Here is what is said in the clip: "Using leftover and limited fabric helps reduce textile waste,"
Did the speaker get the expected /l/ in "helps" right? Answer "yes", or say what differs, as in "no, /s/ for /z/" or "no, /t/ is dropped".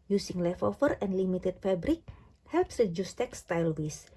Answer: yes